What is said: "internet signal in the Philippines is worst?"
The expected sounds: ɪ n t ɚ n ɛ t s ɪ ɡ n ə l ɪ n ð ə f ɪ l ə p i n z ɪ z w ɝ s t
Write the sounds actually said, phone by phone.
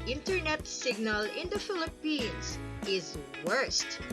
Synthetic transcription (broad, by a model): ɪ n t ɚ n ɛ t s ɪ ɡ n ə l ɪ n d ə f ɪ l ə p i n s ɪ z w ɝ s t